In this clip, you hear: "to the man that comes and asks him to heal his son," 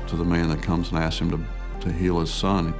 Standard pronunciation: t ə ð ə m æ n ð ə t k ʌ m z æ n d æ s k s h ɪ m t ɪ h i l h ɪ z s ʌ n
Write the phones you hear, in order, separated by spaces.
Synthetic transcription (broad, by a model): t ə ð ə m æ n ð ə t k ʌ m z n æ s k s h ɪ m t ɪ h i l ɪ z s ʌ n